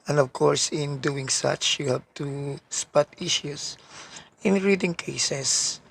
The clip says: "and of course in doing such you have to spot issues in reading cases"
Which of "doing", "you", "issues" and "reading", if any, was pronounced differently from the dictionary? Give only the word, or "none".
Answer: issues